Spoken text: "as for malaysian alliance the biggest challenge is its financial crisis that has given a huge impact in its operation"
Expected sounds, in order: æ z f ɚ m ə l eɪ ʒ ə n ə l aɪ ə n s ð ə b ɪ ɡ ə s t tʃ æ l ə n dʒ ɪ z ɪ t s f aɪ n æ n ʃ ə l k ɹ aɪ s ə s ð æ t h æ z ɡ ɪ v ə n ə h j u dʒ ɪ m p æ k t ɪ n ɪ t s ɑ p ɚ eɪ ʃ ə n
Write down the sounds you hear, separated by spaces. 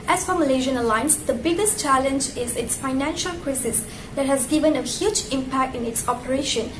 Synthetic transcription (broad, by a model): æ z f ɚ m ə l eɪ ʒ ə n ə l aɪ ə n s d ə b ɪ ɡ ə s t tʃ æ l ə n dʒ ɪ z ɪ t s f aɪ n æ n ʃ ə l k ɹ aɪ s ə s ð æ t h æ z ɡ ɪ v ə n ə h j u dʒ ɪ m p æ k t ɪ n ɪ t s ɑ p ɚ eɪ ʃ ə n